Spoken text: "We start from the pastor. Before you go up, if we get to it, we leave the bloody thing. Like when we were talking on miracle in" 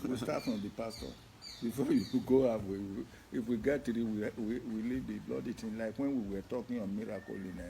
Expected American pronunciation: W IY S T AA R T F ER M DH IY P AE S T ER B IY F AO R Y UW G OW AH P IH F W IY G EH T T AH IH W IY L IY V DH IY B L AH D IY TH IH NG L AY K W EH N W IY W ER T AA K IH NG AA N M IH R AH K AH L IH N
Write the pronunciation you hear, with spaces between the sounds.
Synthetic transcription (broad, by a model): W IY S T AA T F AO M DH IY P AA S T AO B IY F AO Y UW G OW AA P IH F W IY G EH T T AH IH W IY L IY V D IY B L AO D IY T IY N L AY K W EH N W IY W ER T AA K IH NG AA N M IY R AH K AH L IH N